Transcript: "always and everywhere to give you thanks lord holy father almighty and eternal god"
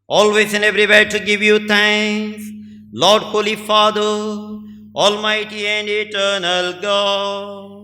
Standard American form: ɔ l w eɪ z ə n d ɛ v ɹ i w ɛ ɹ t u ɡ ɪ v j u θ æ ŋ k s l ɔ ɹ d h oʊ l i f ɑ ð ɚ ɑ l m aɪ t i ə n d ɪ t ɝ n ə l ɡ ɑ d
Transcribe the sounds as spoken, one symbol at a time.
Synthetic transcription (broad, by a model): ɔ l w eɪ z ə n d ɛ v ɹ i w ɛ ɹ t u ɡ ɪ v j u t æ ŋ s l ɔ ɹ d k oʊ l i f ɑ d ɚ ɑ l m aɪ t i ə n d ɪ t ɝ n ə l ɡ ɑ